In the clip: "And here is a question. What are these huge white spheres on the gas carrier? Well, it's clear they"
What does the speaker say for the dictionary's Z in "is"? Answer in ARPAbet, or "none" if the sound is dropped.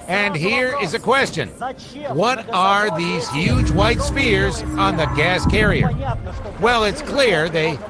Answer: Z